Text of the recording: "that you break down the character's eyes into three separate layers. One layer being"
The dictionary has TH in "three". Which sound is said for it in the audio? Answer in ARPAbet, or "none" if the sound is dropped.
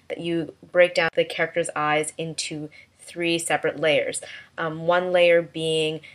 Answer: TH